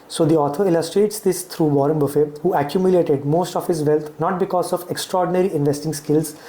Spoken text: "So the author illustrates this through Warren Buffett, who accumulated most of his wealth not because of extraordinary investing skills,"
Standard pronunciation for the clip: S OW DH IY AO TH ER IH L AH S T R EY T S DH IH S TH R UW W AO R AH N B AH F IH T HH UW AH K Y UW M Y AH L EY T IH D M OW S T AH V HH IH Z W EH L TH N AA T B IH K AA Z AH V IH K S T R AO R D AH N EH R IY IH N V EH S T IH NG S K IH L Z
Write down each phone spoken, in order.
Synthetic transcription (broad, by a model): S OW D IY AO T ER IH L AH S T R EY T S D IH S T R UW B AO R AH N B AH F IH HH UW AH K Y UW M Y AH L EY T IH D M OW S T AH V HH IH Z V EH L T N AA T B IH K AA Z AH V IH K S T R AO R D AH N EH R IY IH N V EH S T IH NG S K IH L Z